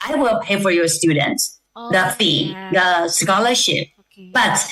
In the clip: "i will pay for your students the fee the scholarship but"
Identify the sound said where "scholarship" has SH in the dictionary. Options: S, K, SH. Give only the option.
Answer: SH